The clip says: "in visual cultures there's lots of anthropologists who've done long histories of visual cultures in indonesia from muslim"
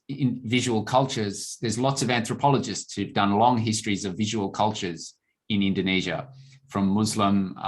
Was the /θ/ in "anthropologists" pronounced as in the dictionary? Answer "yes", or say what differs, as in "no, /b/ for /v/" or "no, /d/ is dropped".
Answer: yes